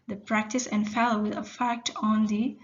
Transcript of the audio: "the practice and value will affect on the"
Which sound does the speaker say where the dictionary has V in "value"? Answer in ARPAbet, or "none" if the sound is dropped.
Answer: F